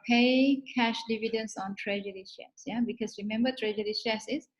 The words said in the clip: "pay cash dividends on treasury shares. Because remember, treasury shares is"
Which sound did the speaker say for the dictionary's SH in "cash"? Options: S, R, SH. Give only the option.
SH